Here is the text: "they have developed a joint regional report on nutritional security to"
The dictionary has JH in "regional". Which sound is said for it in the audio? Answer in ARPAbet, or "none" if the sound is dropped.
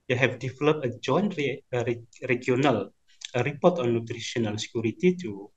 none